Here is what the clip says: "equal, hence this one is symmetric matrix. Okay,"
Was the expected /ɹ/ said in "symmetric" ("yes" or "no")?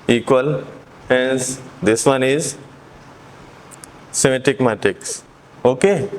no